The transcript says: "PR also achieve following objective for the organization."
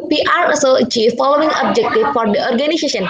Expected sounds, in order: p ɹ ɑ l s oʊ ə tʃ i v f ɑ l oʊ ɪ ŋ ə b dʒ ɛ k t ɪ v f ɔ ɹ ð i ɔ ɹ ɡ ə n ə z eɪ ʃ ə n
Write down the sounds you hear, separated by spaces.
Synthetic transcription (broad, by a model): p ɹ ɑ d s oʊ ə tʃ i v f ɑ l oʊ ɪ ŋ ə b dʒ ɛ k t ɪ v f ɔ ɹ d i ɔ ɹ ɡ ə n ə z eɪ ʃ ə n